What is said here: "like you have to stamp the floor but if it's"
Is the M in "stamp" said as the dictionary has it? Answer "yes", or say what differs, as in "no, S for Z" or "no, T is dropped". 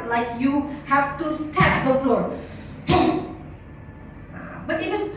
no, M is dropped